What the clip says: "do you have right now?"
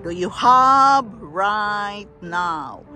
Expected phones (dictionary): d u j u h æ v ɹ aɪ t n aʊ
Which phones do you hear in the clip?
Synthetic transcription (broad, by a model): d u j u h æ b ɹ aɪ t n aʊ